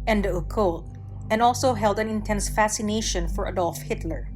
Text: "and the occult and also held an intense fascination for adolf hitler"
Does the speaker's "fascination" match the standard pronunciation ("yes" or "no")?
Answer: yes